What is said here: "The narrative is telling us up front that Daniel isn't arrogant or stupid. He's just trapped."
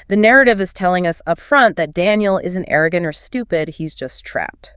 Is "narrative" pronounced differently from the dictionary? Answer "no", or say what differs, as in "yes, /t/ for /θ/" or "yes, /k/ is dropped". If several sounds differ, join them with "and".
no